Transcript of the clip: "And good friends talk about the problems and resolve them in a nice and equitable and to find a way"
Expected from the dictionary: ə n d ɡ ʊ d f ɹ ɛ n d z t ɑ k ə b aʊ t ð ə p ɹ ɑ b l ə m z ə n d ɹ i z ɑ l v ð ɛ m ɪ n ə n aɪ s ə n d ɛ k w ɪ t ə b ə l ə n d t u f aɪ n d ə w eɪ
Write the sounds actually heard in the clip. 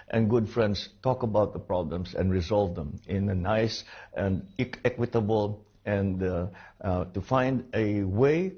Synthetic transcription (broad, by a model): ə n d ɡ ʊ d f ɹ ɛ n d s t ɑ k ə b aʊ t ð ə p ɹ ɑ b l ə m s ə n d ɹ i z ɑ l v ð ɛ m ɪ n ə n aɪ s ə n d ɛ k w ɪ t ə b ə l ə n d t u f aɪ n d ə w eɪ